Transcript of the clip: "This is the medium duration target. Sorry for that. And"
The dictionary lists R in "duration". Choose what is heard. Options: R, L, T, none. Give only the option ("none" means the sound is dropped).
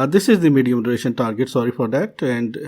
L